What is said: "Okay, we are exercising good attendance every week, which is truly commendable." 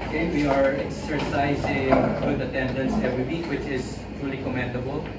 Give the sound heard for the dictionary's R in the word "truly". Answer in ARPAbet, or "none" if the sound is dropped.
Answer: R